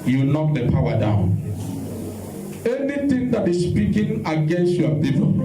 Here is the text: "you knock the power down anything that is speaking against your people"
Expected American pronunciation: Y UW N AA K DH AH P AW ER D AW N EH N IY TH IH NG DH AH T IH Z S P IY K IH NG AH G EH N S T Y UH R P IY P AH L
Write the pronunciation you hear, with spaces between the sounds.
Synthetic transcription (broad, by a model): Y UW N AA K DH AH P AW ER D AW N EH N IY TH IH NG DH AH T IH S P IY K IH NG AH G EH N S T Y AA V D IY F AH